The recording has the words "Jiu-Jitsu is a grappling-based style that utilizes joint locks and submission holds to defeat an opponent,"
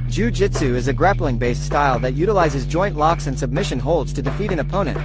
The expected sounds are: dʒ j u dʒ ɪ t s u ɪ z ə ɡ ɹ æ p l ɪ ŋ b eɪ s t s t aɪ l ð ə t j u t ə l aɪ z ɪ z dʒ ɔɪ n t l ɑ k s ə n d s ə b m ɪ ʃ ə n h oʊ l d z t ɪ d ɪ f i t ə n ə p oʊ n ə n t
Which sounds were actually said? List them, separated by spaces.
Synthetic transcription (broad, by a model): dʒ u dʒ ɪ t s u ɪ z ə ɡ ɹ æ p l ɪ ŋ b eɪ s t s t aɪ l ð ə t j u t ə l aɪ z ɪ z dʒ ɔɪ n t l ɑ k s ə n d s ə b m ɪ ʃ ə n h oʊ l d z t ɪ d ɪ f i t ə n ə p oʊ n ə n t